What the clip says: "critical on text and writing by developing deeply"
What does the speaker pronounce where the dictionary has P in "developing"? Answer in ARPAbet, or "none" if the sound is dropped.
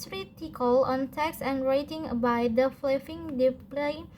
F